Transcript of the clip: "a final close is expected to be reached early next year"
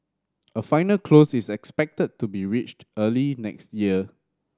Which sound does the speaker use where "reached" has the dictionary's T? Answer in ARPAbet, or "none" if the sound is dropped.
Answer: T